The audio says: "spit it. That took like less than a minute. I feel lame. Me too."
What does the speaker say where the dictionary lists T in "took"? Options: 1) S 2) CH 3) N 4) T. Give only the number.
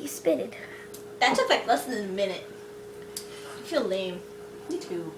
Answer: 1